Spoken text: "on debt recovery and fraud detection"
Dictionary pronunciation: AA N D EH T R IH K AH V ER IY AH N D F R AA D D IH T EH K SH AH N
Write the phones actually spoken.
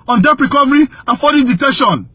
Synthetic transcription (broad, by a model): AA N D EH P R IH K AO V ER IY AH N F AA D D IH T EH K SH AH N